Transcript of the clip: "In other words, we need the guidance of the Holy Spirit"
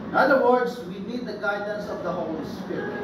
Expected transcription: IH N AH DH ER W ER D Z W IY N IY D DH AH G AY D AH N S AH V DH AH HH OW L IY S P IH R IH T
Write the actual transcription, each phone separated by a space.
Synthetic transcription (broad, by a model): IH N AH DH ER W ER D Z W IY N IY D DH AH G AY D AH N S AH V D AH HH OW L IY S P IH R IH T